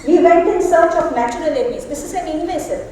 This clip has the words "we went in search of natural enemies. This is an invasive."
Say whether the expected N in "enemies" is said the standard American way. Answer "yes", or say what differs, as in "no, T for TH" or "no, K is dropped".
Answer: no, L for N